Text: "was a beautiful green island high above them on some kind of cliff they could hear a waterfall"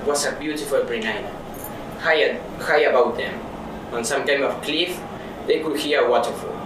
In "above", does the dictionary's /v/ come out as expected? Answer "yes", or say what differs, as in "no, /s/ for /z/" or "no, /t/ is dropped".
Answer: no, /w/ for /v/